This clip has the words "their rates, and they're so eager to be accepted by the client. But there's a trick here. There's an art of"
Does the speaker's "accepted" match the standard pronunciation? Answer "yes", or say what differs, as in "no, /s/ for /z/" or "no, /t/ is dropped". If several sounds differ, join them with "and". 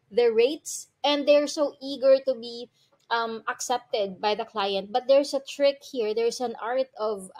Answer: yes